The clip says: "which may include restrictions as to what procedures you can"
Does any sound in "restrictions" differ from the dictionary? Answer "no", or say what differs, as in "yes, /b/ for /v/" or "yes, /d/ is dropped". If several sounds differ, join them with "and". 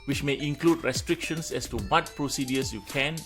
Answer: yes, /s/ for /z/